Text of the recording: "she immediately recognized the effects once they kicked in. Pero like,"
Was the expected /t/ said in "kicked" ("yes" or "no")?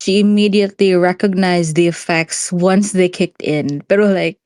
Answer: yes